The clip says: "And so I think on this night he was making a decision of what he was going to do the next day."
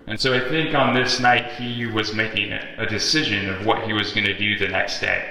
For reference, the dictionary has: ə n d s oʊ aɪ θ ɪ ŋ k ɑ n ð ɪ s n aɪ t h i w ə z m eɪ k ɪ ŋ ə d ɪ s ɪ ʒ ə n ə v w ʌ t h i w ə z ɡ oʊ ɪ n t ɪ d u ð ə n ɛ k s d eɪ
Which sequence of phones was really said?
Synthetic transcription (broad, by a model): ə n s oʊ aɪ θ ɪ ŋ k n ð ɪ s n aɪ t h i w ə z m eɪ k ɪ ŋ ə d ɪ s ɪ ʒ ə n ə v w ʌ t h i w ə z ɡ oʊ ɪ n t ɪ d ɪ ð ə n ɛ k s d eɪ